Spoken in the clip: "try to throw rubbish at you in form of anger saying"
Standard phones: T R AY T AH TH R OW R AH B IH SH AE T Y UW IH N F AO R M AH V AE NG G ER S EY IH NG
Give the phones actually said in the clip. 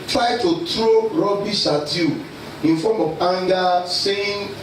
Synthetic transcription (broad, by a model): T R AY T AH T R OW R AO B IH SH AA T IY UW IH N F AO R M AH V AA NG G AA S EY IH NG